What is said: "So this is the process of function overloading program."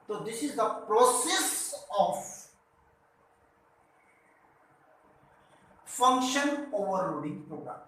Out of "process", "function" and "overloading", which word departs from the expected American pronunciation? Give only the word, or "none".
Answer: overloading